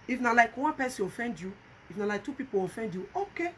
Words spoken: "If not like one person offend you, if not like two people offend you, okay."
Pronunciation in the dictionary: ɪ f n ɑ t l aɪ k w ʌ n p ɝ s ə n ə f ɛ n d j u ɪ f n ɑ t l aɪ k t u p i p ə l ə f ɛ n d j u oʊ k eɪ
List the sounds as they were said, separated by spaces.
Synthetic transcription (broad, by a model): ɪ f n ɑ l aɪ k w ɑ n p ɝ s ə ə f ɛ n d j u ɪ f n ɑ l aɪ k t u p i p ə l ə f ɛ n d j u oʊ k eɪ